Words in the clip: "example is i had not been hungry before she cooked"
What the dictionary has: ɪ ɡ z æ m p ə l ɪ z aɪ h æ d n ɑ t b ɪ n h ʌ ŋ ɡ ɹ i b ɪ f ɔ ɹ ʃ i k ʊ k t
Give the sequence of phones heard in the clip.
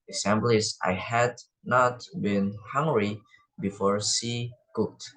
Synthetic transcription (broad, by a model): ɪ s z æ m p l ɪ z aɪ h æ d n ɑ t b ɪ n h ʌ ŋ ɡ ɹ i b ɪ f ɔ ɹ s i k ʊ k t